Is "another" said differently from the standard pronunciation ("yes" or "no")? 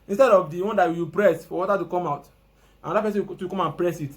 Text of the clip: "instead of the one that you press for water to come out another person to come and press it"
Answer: yes